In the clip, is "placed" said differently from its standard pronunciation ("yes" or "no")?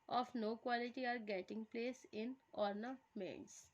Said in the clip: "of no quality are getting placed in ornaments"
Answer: yes